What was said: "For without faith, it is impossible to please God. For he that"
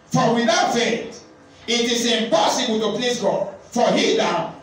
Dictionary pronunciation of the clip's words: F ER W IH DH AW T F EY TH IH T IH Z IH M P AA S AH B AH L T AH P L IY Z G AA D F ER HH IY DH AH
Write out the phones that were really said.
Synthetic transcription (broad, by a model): F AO W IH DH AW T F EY T IH T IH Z IH M P AA S AH B AH L T AH P L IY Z G AA D F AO HH IY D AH